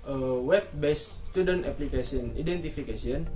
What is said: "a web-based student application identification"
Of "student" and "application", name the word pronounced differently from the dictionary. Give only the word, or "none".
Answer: application